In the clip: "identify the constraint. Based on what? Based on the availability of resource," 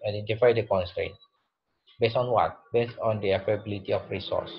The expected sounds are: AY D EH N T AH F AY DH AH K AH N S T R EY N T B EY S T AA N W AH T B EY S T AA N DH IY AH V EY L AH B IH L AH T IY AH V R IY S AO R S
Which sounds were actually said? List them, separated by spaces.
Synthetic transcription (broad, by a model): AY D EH N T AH F AY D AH K AH N S T R EY N T B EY S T AA N W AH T B EY S T AA N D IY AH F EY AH B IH L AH T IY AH F R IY S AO S